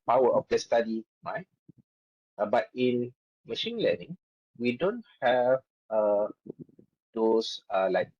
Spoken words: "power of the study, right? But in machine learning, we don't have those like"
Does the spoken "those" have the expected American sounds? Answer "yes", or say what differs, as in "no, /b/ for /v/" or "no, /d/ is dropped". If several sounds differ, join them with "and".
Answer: no, /s/ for /z/